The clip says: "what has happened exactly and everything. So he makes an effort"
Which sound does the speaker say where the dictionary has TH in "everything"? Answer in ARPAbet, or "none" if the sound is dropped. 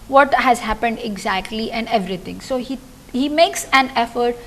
T